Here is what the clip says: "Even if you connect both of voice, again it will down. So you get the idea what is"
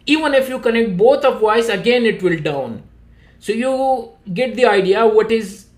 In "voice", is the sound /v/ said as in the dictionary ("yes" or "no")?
no